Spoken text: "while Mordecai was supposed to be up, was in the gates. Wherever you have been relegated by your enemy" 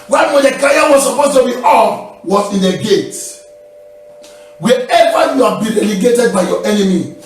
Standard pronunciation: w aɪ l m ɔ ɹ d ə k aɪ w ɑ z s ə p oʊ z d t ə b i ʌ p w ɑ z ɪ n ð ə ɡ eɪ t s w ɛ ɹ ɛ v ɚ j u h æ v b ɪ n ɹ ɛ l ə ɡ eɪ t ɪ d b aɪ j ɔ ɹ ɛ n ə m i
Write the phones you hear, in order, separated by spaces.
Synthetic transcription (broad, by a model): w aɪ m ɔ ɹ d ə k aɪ w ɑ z s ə p oʊ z t ə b i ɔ f w ɑ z ɪ n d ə ɡ eɪ t w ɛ ɛ v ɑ j u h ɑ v b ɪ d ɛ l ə ɡ eɪ t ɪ d b aɪ j ɔ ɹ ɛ n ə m i